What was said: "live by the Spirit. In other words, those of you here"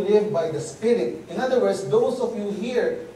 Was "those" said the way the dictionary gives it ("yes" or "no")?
no